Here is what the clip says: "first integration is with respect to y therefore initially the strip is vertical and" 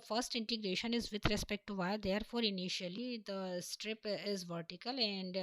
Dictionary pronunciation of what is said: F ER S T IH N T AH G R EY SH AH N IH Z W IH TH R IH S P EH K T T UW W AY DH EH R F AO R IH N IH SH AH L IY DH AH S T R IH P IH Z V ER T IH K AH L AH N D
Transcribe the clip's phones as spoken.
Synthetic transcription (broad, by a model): F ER S T IH N T AH G R EY SH AH N IH Z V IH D R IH S P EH K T T UW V AY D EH R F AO R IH N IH SH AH L IY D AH S T R IH P IH Z V ER T IH K AH L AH N D